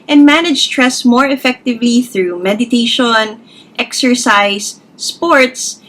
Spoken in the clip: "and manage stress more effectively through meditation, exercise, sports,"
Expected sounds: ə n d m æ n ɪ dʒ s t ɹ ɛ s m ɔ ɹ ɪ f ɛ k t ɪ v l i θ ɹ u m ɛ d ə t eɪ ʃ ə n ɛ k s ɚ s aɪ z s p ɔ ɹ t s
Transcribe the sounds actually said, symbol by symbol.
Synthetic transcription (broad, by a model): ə n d m æ n ɪ dʒ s t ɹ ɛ s m ɔ ɹ ɪ f ɛ k t ɪ v l i θ ɹ u m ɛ d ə t eɪ ʃ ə n ɛ k s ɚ s aɪ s p ɔ ɹ t s